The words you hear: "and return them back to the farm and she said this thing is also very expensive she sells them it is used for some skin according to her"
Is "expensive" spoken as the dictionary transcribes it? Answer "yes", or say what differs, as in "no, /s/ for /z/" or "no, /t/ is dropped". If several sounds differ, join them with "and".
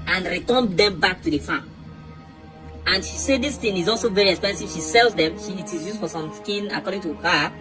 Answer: yes